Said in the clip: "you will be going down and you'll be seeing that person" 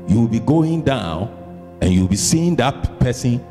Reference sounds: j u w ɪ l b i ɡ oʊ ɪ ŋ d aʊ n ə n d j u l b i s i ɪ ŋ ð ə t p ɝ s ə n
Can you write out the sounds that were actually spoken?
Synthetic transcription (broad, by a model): j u w ɪ l b i ɡ oʊ ɪ ŋ d aʊ n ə n j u w b i s i ɪ ŋ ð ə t p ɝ s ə n